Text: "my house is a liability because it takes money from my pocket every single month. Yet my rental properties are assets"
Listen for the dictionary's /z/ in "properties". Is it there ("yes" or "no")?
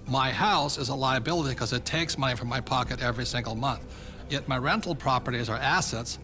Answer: yes